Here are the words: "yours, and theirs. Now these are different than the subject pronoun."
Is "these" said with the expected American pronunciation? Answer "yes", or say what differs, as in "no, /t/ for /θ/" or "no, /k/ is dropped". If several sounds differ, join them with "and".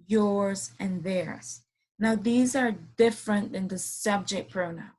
yes